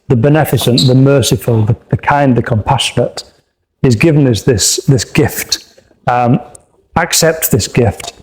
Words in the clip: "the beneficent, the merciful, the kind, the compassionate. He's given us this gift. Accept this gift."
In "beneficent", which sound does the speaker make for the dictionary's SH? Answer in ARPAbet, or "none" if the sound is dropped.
S